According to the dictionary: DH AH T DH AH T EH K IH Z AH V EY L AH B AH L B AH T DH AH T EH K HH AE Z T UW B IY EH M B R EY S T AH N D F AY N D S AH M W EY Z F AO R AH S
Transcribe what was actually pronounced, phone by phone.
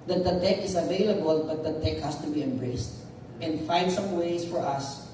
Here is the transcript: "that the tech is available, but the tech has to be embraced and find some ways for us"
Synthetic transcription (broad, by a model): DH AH T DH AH T EH K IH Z AH V EY L AH B AH L B AH T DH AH T EH K HH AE S T UW B IY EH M B R EY S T AH N D F AY N D S AH M W EY S F AO R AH S